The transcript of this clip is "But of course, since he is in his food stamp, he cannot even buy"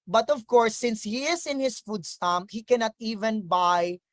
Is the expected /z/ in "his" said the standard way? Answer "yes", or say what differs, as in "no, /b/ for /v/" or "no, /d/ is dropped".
no, /s/ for /z/